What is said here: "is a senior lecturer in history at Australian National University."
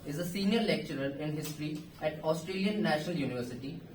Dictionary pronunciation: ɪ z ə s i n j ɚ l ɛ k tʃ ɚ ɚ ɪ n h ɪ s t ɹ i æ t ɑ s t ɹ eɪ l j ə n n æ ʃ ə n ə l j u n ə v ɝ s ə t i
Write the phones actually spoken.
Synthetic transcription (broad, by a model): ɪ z ə s i n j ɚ l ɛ k tʃ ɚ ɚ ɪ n h ɪ s t ɹ i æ t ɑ s t ɹ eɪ l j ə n n æ ʃ ə n ə l j u n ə v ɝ s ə t i